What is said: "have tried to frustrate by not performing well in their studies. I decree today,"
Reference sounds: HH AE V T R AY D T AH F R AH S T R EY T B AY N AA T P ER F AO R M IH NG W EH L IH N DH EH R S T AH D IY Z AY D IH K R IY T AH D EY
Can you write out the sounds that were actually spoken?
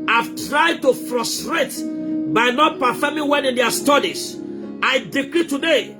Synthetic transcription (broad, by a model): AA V T R AY D T AH F R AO S T R EY T B AY N AA T P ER F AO M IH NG W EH N IH N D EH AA S T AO D IY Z AY D IH K R IY T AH D EY